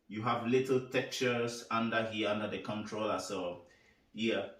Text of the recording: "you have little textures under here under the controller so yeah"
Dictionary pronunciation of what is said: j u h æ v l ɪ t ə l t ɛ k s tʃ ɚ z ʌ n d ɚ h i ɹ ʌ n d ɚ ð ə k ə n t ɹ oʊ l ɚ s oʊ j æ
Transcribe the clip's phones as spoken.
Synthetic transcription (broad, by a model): j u h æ v l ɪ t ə l t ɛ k tʃ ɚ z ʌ n d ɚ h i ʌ n d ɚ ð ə k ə n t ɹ oʊ l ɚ s oʊ j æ